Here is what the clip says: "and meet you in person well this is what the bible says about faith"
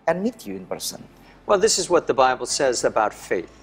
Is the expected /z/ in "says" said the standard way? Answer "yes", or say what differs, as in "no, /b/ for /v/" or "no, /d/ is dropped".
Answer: yes